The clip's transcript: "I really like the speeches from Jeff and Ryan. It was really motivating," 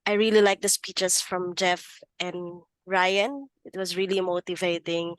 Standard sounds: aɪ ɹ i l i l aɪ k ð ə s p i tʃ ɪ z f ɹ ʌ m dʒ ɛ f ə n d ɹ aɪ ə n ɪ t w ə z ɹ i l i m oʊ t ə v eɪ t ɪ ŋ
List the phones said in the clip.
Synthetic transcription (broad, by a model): aɪ ɹ i l i l aɪ k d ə s p i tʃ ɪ s f ɹ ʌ m dʒ ɛ f ə n d ɹ aɪ ə n ɪ t w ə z ɹ i l i m oʊ t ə v eɪ t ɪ ŋ